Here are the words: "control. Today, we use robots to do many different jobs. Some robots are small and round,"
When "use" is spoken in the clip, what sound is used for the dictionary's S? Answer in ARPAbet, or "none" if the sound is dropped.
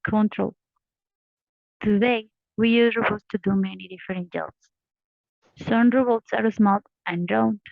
none